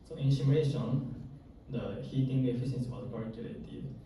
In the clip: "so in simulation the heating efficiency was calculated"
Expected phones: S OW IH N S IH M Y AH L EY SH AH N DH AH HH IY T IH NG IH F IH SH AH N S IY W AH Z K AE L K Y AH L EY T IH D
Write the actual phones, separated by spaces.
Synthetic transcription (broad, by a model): S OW IH N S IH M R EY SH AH N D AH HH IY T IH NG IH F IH S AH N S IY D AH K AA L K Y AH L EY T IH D